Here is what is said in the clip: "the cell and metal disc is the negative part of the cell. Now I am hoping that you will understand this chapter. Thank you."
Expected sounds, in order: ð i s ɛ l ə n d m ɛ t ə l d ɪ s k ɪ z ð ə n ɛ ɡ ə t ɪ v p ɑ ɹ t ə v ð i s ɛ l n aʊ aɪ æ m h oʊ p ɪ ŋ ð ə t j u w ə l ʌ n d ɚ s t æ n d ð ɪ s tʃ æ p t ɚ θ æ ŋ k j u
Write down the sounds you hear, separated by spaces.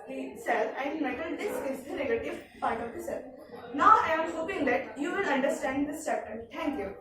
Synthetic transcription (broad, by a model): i s ɛ l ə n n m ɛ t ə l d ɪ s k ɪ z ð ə n ɛ ɡ ə t ɪ v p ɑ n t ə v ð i s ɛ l n aʊ aɪ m h oʊ p ɪ ŋ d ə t j u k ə n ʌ n d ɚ s t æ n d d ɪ s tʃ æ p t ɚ t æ ŋ k j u